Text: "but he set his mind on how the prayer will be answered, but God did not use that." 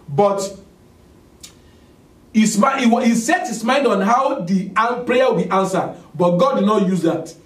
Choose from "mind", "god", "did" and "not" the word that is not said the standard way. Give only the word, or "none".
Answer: none